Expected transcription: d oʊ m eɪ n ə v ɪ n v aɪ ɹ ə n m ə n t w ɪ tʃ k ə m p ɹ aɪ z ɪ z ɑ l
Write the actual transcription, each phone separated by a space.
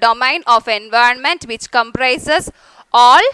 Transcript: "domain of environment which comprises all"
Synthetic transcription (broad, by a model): d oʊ m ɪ n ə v ɪ n v aɪ ɹ ə n m ə n t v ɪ tʃ k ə m p ɹ aɪ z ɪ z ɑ l